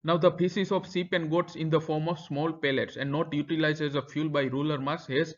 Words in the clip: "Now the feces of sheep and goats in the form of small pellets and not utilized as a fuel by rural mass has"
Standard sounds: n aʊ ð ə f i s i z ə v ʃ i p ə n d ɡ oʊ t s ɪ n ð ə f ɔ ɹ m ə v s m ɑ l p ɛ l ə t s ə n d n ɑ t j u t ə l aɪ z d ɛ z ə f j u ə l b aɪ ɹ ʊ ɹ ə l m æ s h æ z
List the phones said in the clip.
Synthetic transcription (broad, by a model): n aʊ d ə p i s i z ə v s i p ə n d ɡ oʊ t s ɪ n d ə f ɔ ɹ m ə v s m ɑ l p ɛ l ə t s ə n d n ɑ t j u t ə l aɪ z ɛ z ə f j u l b aɪ ɹ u l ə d m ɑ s h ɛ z